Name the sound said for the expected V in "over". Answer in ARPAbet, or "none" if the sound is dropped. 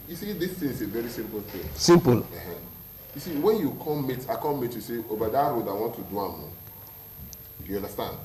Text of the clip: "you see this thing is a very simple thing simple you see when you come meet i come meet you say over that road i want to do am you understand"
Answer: B